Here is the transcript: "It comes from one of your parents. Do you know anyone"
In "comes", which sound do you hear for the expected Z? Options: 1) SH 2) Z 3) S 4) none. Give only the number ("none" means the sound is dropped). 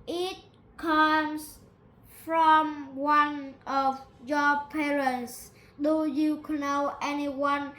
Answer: 3